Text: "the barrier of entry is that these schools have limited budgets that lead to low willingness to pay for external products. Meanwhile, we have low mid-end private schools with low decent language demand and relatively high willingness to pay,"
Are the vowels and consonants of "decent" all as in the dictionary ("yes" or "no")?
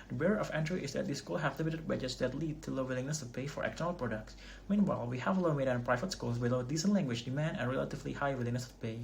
yes